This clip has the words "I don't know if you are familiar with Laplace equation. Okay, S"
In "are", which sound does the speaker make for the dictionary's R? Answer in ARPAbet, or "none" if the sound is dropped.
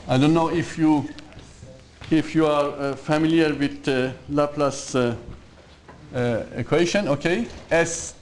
R